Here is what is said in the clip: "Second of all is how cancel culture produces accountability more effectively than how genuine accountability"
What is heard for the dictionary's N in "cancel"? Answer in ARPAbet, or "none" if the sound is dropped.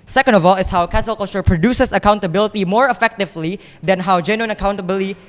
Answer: none